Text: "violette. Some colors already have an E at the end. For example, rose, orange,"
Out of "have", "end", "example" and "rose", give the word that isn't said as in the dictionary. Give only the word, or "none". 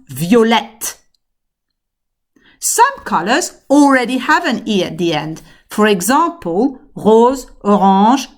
example